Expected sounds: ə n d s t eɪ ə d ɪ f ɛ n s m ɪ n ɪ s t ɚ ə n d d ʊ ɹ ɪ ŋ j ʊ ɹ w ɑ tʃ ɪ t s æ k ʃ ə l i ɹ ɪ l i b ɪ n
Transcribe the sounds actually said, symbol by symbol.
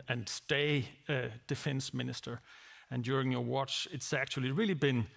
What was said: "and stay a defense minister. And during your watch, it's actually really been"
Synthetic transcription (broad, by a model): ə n s t eɪ ə d ɪ f ɛ n s m ɪ n ɪ s t ɚ ə n d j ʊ ɹ ɪ ŋ j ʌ ɹ w ɑ tʃ ɪ t s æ k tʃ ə l i ɹ ɪ l i b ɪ n